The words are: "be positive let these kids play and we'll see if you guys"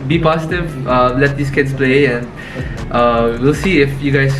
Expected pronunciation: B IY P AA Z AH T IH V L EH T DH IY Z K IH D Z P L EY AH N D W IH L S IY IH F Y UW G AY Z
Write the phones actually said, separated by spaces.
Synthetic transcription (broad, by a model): B IY P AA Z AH T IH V L EH T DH IY S K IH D S P L EY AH N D W IH L S IY IH F Y UW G AY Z